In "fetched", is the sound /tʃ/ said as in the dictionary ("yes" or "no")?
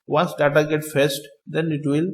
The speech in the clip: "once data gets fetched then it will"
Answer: no